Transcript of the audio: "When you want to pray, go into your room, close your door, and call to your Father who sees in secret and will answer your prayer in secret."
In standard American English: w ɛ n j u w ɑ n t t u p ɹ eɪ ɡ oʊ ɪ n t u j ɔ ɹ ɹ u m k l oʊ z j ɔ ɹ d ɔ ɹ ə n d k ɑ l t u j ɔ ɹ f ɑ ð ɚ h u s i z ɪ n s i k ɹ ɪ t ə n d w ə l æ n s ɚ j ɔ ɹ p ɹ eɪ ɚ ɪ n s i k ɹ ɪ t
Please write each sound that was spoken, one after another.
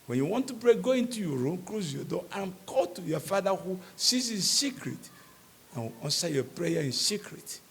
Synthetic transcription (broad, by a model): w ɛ n j u w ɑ n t t u b ɹ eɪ ɡ oʊ ɪ n t u j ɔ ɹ ɹ u m k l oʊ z j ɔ d ɔ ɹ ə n k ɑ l t u j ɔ f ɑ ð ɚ h u s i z ɪ n s i k ɹ ɪ t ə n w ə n s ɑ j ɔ p ɹ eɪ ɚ ɪ n s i k ɹ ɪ t